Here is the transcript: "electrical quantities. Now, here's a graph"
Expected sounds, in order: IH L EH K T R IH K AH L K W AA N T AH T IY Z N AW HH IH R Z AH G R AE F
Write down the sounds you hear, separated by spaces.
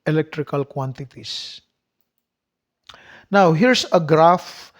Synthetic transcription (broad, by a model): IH L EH K T R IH K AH L K W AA N T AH T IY S N AW HH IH R S AH G R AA F